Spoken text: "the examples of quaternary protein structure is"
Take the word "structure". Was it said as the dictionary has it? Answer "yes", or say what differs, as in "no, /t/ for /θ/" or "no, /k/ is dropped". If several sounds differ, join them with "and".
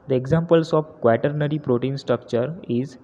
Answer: yes